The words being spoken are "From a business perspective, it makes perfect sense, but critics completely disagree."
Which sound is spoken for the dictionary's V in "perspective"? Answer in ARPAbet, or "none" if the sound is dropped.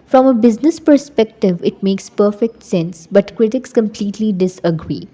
V